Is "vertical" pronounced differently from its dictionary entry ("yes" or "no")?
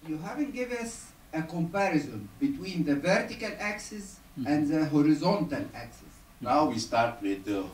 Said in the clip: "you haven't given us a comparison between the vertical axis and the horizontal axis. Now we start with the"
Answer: no